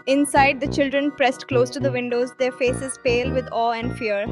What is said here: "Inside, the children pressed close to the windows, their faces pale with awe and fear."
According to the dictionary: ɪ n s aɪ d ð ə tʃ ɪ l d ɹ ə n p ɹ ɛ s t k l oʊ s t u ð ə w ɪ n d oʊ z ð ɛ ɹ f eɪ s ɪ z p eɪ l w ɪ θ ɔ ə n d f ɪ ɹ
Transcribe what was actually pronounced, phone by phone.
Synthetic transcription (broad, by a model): ɪ n s aɪ d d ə tʃ ɪ l d ɹ ə n p ɹ ɛ s t k l oʊ s t u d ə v ɪ n d oʊ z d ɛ ɹ f eɪ s ɪ z p eɪ l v ɪ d ɔ ə n d f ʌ ɹ